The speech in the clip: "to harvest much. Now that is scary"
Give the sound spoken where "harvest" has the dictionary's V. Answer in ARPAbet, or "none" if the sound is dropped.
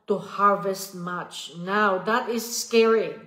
V